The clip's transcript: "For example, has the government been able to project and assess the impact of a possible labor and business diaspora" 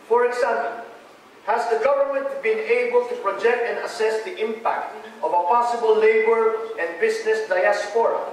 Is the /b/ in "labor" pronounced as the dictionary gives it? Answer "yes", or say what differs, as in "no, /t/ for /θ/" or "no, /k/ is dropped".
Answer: yes